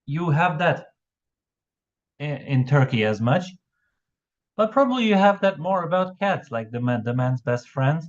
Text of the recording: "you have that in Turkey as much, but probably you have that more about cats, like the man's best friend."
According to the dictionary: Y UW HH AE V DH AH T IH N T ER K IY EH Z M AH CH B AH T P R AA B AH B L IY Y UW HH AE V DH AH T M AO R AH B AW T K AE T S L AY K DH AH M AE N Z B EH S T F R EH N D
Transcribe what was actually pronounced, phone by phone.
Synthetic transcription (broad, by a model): Y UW HH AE V DH AH T IH N T ER K IY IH Z M AH CH B AH T P R AA B AH B L IY Y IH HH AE V DH AH T M AO R AH B AW T K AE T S L AY K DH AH M AE N Z B EH S T F R EH N D